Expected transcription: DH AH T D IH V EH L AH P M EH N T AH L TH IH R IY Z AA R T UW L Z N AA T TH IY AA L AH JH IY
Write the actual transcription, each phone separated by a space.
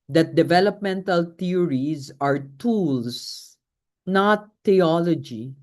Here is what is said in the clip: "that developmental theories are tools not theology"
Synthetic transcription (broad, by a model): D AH T D IH V EH L AH P M EH N T AH L T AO R IY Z AA R T UW L S N AA T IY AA L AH JH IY